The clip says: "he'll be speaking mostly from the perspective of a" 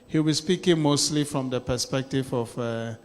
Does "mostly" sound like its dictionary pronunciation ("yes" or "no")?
yes